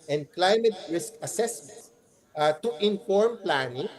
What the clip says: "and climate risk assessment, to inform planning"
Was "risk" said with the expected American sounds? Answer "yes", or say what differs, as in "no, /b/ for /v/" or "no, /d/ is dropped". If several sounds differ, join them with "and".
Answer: yes